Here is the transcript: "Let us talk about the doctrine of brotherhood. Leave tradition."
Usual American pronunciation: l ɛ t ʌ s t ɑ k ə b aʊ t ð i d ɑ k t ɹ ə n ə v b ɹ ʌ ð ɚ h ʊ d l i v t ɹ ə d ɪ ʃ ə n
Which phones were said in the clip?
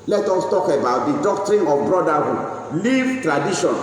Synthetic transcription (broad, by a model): l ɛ t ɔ s t ɑ k ə b aʊ t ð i d ɑ k t ɹ ə n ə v b ɹ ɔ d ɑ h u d l i v t ɹ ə d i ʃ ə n